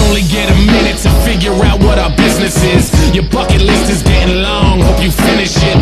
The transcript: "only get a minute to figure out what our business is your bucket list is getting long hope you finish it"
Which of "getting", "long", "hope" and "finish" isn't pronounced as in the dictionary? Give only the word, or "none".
none